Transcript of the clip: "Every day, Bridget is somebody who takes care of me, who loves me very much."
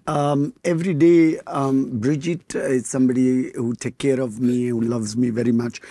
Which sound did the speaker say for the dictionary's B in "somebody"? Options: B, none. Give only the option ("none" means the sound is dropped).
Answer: B